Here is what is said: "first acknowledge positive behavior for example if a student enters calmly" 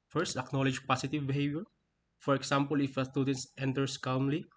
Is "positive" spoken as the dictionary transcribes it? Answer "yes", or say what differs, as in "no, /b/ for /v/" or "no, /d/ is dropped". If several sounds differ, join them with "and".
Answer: no, /s/ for /z/